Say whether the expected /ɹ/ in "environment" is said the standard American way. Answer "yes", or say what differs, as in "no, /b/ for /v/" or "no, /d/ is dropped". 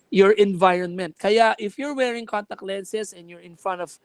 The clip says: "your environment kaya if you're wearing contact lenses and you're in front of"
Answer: yes